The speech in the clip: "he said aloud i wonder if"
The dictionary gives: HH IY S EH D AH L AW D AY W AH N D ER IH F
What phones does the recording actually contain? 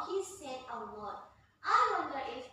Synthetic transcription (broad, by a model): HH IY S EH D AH W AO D AY W AH N D ER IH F